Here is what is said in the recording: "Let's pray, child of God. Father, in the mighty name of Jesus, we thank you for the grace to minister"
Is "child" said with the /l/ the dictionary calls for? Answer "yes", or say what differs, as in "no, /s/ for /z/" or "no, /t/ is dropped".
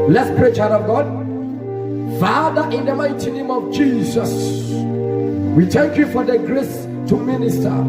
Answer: no, /l/ is dropped